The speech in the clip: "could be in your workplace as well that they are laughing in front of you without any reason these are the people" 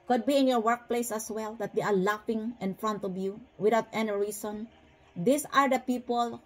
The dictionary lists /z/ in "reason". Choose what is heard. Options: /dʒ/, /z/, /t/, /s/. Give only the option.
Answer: /s/